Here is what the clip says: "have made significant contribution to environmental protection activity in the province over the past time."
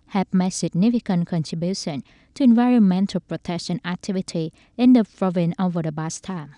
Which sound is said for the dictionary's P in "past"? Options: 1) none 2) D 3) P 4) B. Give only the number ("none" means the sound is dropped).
4